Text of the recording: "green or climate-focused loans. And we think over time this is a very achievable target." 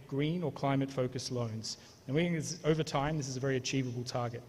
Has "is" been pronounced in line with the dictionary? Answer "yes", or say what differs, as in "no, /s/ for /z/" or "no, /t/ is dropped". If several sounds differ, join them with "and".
yes